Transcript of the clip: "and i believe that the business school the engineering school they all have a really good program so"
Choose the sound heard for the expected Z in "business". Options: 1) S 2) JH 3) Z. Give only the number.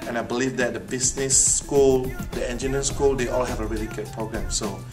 1